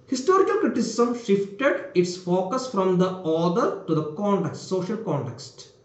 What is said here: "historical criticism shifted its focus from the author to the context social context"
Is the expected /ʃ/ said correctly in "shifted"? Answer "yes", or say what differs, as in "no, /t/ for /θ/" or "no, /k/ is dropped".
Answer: yes